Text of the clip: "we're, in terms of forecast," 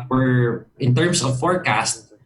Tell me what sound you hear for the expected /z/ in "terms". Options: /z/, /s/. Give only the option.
/s/